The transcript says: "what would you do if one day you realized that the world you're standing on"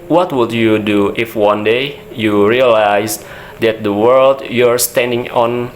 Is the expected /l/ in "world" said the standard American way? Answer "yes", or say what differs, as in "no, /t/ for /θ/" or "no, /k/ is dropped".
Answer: yes